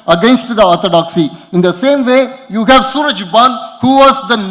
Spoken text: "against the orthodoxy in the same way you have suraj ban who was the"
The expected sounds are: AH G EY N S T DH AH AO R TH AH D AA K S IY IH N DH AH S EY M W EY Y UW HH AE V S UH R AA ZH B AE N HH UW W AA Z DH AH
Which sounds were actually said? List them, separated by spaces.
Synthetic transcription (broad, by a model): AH G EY N S T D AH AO R T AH D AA K S IY IH N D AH S EY M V EY Y UW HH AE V S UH R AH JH B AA N HH UW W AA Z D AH